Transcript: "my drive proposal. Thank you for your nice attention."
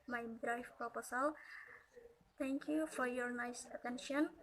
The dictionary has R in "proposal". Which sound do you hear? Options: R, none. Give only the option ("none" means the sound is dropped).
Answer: none